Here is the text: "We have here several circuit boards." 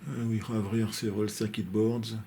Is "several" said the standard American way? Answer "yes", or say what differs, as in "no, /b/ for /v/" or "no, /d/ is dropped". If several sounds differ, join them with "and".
no, /v/ is dropped